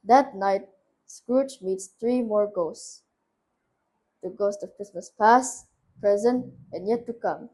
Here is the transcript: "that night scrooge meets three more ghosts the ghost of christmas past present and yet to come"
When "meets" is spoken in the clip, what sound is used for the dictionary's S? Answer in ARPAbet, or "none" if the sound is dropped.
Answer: S